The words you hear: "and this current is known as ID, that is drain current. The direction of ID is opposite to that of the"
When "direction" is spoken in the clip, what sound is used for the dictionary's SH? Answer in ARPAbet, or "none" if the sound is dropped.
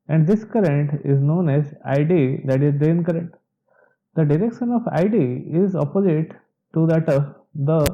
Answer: SH